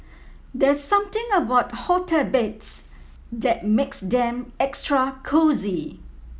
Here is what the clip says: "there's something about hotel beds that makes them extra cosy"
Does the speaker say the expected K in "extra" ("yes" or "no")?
yes